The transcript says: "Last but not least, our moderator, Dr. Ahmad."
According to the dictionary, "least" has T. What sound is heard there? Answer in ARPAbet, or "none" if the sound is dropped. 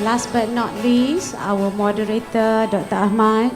none